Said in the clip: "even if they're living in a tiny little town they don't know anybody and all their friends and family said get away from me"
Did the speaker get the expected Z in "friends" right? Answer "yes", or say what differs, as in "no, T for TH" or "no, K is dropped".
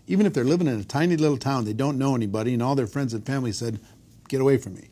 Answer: yes